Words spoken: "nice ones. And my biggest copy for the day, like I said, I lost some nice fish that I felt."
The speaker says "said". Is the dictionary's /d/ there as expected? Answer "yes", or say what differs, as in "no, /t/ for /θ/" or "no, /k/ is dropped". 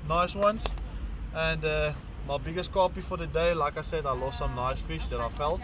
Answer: yes